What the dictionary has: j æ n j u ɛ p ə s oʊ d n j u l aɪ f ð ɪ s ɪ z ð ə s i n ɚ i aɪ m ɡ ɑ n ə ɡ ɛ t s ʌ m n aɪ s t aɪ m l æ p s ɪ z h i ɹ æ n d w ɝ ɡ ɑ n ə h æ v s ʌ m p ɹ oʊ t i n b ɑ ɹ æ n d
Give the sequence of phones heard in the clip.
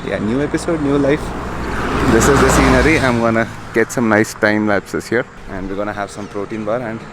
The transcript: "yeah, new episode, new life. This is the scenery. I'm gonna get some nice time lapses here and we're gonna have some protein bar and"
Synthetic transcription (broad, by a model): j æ n j u ɛ p ə s oʊ d n j u l aɪ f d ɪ s ɪ z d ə s i n ɚ i aɪ m ɡ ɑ n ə ɡ ɛ t s ʌ m n aɪ s t aɪ m l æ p s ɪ s h i ɹ æ n d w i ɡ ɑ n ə h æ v s ʌ m p ɹ oʊ t i n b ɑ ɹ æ n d